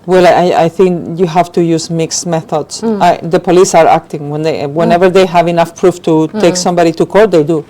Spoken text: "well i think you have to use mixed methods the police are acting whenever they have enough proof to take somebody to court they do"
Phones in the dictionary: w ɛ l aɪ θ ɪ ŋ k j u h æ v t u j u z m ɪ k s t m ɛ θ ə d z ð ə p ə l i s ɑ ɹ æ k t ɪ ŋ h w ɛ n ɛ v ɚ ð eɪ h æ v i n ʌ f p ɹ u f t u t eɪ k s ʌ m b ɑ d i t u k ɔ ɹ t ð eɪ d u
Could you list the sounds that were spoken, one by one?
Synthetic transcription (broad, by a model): w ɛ l aɪ θ ɪ ŋ k j u h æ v t u j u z m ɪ k s m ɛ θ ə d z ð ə p ə l i s ɑ ɹ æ k t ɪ ŋ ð w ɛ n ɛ v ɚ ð eɪ h æ v i n ʌ f p ɹ u f t u t eɪ k s ʌ m b ɑ d i t u k ɔ ɹ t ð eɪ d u